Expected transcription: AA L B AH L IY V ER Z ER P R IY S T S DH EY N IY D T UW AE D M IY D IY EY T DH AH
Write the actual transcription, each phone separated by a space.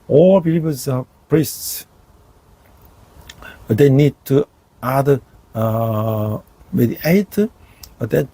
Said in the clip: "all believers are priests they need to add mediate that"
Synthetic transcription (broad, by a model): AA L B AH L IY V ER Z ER P R IY S T S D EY N IY D T UW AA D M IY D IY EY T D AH